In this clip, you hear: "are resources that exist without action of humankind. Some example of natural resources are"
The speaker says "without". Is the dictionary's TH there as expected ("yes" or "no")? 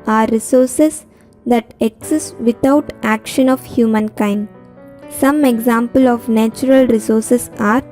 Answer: no